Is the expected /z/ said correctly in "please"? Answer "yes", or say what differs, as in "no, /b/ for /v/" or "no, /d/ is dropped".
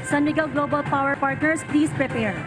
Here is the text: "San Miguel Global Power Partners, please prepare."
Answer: no, /s/ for /z/